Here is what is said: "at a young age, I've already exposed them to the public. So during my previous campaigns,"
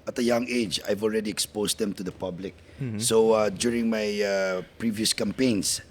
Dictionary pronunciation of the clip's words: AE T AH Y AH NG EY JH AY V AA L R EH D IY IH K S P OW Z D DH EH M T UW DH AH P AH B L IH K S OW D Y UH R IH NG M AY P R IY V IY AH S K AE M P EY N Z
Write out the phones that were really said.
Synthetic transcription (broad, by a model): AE T AH Y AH NG EY JH AY V AA L R EH D IY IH K S P OW S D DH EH M T UW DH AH P AH B L IH K S OW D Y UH R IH NG M AY P R IY V IY AH S K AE M P EY N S